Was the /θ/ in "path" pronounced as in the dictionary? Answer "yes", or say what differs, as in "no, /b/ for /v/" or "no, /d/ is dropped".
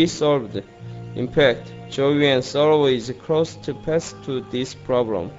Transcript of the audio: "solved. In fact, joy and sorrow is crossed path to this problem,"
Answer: no, /s/ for /θ/